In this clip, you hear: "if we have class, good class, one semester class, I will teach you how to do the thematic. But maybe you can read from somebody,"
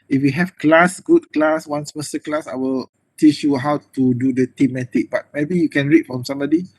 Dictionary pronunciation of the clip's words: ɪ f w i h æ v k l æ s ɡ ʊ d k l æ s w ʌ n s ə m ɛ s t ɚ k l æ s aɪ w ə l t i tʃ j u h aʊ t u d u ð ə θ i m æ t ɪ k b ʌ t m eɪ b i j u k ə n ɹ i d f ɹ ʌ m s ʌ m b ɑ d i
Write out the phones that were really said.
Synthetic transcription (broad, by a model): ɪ f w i h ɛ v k l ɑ s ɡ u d k l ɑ s w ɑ n s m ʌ s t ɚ k l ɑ s aɪ w ə l t i tʃ j u h aʊ t u d u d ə t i m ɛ t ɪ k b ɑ t m eɪ b i j u k ə n ɹ i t f ɹ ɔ m s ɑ m b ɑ d i